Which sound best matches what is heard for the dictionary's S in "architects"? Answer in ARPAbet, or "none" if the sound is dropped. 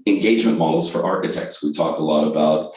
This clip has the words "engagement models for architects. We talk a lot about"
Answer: S